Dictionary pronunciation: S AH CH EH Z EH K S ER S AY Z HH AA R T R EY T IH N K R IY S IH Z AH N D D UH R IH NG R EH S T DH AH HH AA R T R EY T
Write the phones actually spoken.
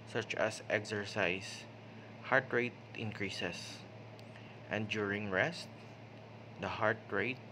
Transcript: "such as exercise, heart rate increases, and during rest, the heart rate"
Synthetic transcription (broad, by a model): S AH CH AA S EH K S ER S AY S HH AA R T R EY T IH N K R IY S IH S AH N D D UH R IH NG R EH S T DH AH HH AA R T R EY T